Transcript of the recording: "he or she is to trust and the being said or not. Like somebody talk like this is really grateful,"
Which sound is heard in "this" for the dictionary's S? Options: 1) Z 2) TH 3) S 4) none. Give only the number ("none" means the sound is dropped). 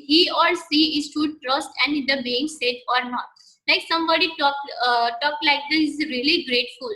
4